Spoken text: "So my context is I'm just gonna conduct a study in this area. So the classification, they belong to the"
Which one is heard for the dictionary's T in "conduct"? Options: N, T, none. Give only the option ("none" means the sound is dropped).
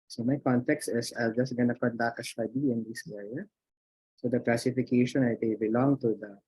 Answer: none